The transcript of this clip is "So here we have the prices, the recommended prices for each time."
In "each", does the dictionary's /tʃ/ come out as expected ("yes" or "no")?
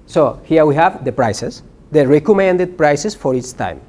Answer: no